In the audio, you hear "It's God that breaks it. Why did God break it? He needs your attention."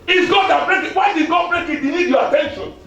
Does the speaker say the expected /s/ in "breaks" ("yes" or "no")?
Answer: no